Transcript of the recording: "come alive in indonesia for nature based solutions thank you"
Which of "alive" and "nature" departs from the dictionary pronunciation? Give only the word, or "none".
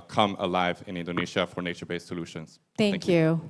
none